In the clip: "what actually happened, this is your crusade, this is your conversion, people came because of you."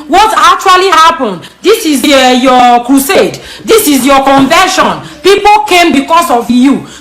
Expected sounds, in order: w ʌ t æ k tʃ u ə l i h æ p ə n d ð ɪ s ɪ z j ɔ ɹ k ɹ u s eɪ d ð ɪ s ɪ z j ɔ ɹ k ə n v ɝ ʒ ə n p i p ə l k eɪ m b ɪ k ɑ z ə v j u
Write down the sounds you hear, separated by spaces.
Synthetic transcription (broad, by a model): w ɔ t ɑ k tʃ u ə l i h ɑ p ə n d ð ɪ s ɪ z j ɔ k ɹ u s eɪ d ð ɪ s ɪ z j ɔ k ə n v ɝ ʃ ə n p i p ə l k eɪ m b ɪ k ɑ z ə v j u